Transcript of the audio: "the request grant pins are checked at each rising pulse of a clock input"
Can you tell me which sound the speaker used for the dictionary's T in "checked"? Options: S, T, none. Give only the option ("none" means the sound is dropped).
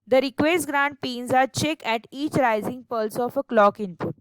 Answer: none